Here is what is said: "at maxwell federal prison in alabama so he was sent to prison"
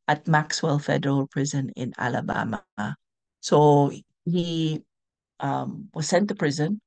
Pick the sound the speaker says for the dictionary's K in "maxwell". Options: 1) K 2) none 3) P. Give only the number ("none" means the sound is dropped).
1